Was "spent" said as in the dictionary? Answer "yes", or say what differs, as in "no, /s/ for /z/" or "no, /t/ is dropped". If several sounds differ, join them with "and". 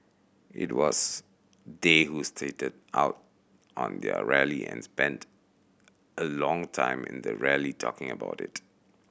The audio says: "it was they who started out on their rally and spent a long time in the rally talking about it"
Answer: yes